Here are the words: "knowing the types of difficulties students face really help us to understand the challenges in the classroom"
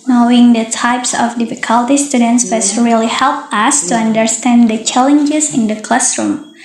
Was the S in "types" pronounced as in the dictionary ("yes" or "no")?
yes